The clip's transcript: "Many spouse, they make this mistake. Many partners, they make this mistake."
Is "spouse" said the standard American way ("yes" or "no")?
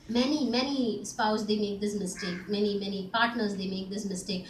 yes